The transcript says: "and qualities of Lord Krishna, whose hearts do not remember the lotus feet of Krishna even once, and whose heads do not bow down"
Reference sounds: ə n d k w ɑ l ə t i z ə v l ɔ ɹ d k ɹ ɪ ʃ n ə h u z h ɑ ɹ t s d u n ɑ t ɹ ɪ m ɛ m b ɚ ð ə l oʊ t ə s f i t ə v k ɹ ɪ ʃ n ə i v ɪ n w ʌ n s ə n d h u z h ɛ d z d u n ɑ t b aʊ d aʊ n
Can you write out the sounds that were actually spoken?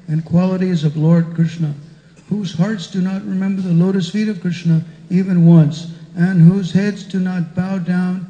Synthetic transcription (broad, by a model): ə n k w ɑ l ə t i z ə v l ɔ ɹ d k ɹ ɪ ʃ n ə h u z h ɑ ɹ t s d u n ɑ t ɹ ɪ m ɛ m b ɚ ð ə l oʊ t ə s f i t ə v k ɹ ɪ ʃ n ə i v ɪ n w ʌ n s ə n h u z h ɛ d z d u n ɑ t b aʊ d aʊ n